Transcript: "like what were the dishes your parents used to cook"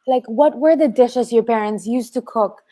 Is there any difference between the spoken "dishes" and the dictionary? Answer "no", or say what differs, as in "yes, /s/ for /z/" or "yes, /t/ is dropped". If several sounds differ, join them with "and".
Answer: no